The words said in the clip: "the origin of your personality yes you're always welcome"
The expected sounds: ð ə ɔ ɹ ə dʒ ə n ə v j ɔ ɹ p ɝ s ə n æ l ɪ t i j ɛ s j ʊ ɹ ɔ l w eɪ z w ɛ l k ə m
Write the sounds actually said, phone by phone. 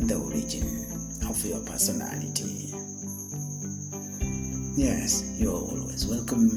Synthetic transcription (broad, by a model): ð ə ɔ ɹ ə dʒ ə n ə f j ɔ p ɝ s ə n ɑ l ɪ t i j ɛ s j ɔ w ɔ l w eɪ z w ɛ l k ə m